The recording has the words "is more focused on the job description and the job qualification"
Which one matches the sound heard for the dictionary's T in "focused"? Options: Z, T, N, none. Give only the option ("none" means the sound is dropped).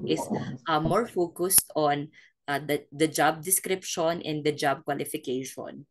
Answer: T